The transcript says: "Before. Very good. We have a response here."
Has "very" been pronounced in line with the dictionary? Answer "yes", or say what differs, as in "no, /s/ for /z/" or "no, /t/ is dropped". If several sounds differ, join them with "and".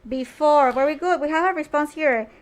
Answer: no, /w/ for /v/